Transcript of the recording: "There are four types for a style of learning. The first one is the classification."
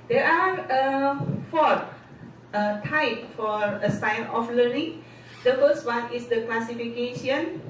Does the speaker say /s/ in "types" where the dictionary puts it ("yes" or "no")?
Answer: no